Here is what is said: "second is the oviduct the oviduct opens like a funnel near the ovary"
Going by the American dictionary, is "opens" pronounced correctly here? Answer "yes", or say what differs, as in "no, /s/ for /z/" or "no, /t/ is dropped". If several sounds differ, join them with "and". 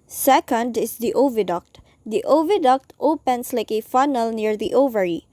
no, /s/ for /z/